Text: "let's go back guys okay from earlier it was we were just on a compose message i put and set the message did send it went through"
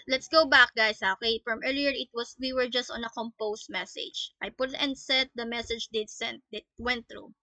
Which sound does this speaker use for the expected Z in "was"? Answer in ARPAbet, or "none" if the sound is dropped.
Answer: S